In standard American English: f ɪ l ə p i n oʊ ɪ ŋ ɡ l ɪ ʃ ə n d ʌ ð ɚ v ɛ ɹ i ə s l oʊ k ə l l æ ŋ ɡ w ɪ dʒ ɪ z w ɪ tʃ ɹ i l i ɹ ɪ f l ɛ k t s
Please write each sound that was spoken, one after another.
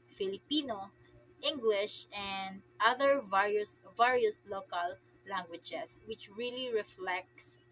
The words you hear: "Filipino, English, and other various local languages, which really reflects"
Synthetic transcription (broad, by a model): f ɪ l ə p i n oʊ ɪ ŋ ɡ l ɪ ʃ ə n d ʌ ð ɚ v ɛ ɹ i ə s l oʊ k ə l l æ ŋ ɡ w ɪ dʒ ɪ s w ɪ tʃ ɹ i l i ɹ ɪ f l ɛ k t s